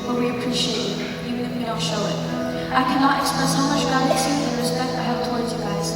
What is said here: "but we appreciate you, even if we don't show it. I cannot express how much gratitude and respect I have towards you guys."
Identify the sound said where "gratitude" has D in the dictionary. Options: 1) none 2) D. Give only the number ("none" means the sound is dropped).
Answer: 1